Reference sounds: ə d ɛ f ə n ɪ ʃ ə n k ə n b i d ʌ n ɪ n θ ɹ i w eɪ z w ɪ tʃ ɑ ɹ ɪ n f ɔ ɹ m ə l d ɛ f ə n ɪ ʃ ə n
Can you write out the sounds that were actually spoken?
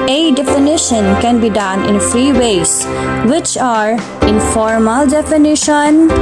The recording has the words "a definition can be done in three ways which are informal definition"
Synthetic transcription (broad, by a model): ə d ɛ f ə n ɪ ʃ ə n k ə n b i d ʌ n ɪ n f ɹ i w eɪ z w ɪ tʃ ɑ ɹ ɪ n f ɔ ɹ m ə l d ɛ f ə n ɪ ʃ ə n